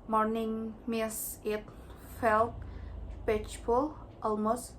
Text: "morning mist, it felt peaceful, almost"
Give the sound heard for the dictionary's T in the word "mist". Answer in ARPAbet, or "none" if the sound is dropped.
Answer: none